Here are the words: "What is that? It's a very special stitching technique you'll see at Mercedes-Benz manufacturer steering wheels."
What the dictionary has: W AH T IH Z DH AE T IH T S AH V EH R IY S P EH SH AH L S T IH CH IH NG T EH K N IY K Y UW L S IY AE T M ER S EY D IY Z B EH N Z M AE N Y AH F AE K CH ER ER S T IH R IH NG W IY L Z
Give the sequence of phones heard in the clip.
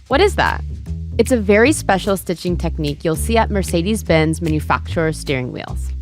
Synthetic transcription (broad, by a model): W AH T IH Z DH AE T IH T S AH V EH R IY S P EH SH L S T IH CH IH NG T EH K N IY K Y UW L S IY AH T M ER S EY D IY Z B EH N Z M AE N Y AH F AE K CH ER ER S T IH R IH NG W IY L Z